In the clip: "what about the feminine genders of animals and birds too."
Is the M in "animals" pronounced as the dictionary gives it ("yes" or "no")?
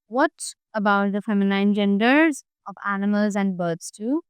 yes